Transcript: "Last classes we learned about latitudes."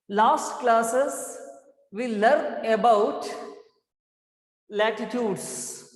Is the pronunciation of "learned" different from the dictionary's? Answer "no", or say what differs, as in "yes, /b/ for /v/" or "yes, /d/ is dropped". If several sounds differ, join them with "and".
yes, /d/ is dropped